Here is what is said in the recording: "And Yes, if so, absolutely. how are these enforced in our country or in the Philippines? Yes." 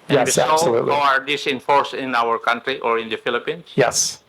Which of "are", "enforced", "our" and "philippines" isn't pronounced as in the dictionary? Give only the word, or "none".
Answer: philippines